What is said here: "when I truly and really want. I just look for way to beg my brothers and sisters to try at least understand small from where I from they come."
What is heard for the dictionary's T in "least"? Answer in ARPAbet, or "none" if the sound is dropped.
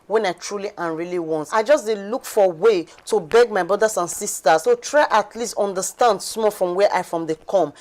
T